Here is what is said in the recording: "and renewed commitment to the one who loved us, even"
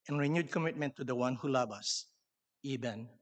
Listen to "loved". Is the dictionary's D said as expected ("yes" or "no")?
no